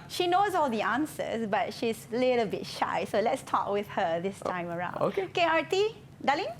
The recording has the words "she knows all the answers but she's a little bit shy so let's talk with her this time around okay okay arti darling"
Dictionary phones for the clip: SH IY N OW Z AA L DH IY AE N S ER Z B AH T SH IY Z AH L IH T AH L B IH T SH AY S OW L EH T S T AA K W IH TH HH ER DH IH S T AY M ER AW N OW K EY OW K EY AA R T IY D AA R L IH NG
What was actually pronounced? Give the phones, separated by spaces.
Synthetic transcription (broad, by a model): SH IY N OW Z AA L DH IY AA N S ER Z B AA T SH IY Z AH L IH T AH L B IH T SH AY S OW L EH T S T AA K W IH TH HH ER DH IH S T AY M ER AW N OW K EY K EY AA R T IY D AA L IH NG